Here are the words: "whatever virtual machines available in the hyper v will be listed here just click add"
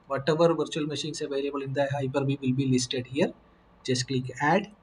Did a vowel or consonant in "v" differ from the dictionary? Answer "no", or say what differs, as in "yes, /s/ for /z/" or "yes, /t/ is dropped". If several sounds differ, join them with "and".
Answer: yes, /b/ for /v/